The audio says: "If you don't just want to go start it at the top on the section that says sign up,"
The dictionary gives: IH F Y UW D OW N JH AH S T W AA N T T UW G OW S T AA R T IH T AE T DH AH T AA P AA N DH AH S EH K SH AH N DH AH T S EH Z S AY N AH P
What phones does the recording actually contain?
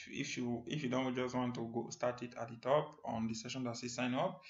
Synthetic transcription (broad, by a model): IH F Y UW D OW N JH AH S T W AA N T T UW G OW S T AA R T IH T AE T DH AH T AA P AA N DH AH S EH SH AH N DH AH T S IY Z S AY N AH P